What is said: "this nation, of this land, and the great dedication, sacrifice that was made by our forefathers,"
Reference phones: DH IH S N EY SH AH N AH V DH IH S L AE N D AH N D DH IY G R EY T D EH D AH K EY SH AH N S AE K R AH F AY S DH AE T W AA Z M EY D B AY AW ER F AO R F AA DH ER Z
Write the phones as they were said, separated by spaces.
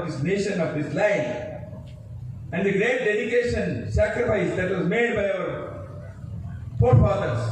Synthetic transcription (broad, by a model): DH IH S N EY SH AH N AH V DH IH S L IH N AH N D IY G R EY T D EH D AH K EY SH AH N S AE K R AH F AY S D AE T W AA Z M EY D B AY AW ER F AO R F AA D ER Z